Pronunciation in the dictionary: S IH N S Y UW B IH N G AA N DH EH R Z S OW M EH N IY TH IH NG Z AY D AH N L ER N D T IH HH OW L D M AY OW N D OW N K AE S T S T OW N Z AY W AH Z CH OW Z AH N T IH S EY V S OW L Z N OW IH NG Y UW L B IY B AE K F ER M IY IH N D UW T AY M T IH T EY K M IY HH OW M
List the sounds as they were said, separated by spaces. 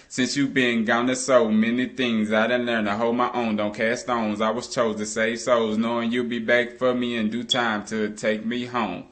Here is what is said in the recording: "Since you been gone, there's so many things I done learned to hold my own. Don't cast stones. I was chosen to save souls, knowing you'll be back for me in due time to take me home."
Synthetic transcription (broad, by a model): S IH N S Y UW B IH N G AA N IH S OW M EH N IY TH IH NG Z AY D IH N L ER N T IH HH OW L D M AY OW N D OW N K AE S S T OW N Z AY W AH Z CH OW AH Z T IH S EY V S OW Z N OW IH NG Y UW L B IY B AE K F ER M IY IH N D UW T AY M T IH T EY K M IY HH OW M